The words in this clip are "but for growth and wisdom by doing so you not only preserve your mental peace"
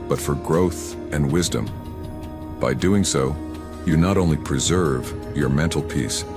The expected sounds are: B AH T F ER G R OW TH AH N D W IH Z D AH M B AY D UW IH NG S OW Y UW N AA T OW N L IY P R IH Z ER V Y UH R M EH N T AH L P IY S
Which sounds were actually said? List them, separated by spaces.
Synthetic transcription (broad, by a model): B AH T F ER G R OW TH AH N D W IH Z D AH M B AY D UW IH NG S OW Y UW N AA T OW N L IY P R IH Z ER V Y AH R M EH N T L P IY S